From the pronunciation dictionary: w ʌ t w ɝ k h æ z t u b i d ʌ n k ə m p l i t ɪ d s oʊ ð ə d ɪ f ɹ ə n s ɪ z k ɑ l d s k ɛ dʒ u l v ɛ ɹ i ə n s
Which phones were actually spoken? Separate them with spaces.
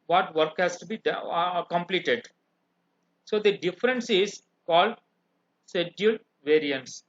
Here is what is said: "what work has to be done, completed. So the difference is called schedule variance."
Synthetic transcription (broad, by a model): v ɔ t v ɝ k h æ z t u b i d k ə m p l i t ɪ d s oʊ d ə d ɪ f ɹ ə n s ɪ z k ɑ l d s ɛ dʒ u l v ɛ ɹ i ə n s